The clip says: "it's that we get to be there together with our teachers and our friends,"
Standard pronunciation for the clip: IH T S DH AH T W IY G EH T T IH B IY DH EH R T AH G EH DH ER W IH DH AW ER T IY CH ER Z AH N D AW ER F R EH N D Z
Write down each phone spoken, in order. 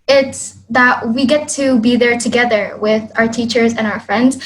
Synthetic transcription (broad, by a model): IH T S DH AH T W IY G EH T T IH B IY DH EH R T AH G EH DH ER W IH DH AW ER T IY CH ER Z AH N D AW ER F R EH N D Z